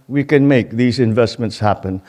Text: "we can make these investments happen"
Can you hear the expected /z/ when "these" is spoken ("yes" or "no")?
yes